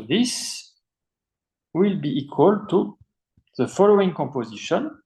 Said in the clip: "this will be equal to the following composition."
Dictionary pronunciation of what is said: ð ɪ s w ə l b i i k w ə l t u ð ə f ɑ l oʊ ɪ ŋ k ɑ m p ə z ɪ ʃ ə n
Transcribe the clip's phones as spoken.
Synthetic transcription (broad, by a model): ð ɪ s w ə l b i i k w ə l t u ð ə f ɑ l oʊ ɪ ŋ k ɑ m p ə z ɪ ʃ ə n